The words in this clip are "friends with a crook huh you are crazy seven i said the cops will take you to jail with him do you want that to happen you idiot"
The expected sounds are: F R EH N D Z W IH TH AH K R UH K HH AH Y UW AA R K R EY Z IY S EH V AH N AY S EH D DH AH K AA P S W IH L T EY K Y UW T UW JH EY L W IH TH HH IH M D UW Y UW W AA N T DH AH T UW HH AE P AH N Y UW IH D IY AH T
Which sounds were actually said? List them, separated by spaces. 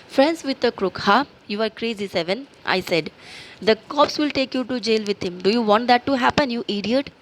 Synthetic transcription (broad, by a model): F R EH N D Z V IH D AH K R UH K HH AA Y UW AA R K R EY Z IY S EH V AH N AY S EH D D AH K AA P S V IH L T EY K Y UW T UW JH EY L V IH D HH IH M D UW Y UW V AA N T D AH T UW HH AE P AH N Y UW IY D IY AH T